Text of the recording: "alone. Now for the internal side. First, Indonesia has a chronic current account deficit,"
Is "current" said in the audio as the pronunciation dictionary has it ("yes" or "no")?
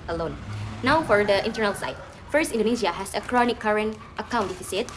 yes